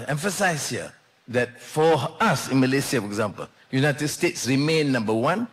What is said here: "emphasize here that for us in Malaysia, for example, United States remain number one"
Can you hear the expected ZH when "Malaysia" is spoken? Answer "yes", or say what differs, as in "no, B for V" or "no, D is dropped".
no, S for ZH